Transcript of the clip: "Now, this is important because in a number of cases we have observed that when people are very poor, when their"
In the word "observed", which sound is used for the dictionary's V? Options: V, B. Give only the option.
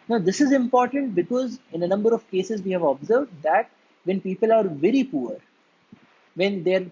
V